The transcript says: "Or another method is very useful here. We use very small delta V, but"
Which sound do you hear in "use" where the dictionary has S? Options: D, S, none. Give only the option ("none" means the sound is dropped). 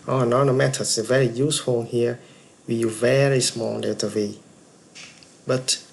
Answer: none